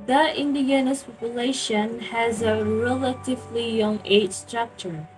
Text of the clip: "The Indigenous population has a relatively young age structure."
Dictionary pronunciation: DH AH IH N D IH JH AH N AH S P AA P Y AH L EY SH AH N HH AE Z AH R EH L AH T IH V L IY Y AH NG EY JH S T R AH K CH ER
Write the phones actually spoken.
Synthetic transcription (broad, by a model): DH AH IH N D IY AH N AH S P AA P Y AH L EY SH AH N HH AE Z AH R EH L AH T IH V L IY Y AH NG EY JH S T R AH K CH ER